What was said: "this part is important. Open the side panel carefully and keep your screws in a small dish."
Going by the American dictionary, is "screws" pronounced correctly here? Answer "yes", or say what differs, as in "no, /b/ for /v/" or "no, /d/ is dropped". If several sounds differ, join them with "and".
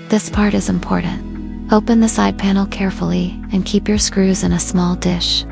yes